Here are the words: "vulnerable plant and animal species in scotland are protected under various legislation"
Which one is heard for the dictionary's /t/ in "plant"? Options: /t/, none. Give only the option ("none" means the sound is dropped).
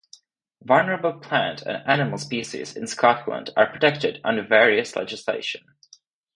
/t/